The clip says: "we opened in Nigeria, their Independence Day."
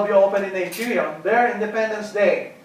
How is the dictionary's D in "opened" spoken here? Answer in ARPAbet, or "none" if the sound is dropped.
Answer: none